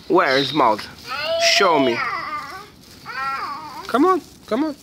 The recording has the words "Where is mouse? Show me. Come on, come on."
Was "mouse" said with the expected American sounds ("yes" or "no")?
no